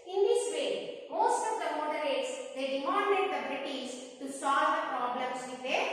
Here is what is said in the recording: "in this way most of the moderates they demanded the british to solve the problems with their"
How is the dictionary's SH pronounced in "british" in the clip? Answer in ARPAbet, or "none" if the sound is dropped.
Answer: S